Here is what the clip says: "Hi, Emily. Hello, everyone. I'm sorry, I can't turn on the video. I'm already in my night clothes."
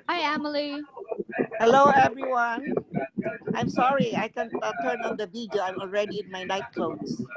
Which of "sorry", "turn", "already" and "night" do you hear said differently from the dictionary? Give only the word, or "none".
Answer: none